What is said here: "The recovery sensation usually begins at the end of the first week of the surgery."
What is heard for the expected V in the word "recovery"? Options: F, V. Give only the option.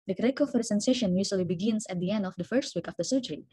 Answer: F